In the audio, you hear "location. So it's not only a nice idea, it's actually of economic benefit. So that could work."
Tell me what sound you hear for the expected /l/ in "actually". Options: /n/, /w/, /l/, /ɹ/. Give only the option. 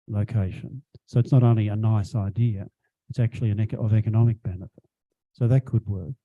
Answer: /n/